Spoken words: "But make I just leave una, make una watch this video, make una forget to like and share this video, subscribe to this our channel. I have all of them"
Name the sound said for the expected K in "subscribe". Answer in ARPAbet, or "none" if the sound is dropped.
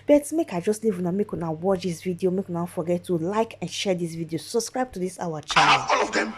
K